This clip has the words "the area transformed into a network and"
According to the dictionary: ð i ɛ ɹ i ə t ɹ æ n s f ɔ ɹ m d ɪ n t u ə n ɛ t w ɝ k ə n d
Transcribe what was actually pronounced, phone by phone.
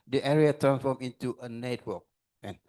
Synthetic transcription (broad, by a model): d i ɛ ɹ i ə t ɹ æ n s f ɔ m ɪ n t u ə n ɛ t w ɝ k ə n